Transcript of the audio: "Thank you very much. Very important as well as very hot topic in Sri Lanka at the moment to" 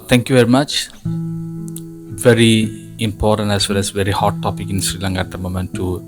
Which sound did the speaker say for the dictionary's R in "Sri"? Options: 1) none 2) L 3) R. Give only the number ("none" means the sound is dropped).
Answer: 3